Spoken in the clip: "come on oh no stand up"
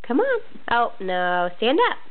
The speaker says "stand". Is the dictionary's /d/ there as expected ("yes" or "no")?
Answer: yes